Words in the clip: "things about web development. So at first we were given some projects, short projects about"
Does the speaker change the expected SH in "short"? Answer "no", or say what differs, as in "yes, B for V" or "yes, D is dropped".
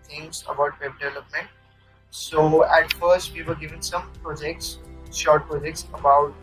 no